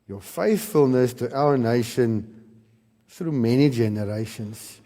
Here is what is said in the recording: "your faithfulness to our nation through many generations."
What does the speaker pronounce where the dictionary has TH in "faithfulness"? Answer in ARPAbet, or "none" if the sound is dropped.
TH